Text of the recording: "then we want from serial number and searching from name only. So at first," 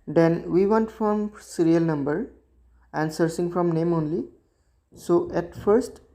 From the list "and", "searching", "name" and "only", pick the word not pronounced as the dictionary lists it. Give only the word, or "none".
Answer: searching